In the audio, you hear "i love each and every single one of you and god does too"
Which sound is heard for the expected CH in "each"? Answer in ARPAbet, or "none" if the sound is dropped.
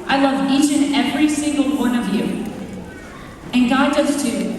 CH